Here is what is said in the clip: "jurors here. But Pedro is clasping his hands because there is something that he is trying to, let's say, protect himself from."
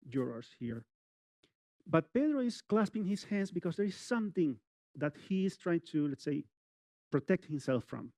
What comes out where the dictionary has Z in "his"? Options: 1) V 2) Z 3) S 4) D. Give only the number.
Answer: 3